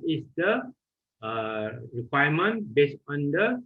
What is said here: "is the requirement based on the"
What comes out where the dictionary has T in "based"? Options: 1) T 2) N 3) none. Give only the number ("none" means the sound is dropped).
3